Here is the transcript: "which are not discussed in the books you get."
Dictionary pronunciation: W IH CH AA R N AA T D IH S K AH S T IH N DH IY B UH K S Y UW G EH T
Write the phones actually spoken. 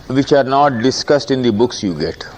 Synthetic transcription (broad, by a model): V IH CH AA R N AA T D IH S K AH S T IH N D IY B UH K S Y UW G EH T